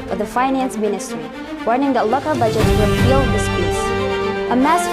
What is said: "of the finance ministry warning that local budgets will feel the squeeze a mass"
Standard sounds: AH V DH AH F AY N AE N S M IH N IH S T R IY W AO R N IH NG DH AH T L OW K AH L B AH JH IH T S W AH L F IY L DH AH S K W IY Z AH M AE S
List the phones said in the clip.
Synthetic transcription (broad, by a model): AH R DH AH F AY N AE N S M IH N IH S T R IY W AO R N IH NG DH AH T L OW K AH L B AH JH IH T W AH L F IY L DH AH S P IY S AH M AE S